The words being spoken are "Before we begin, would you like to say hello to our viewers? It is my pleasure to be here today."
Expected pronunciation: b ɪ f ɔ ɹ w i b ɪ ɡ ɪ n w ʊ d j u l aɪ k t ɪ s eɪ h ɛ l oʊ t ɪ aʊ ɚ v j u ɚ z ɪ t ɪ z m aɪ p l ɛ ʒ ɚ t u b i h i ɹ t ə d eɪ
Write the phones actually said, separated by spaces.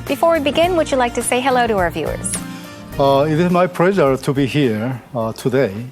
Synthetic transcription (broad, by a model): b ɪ f ɔ ɹ w i b ɪ ɡ ɪ n w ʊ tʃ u l aɪ k t ɪ s eɪ h ɛ l oʊ t ɪ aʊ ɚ v j u ɚ z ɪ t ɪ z m aɪ p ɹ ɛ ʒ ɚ t u b i h i ɹ t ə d eɪ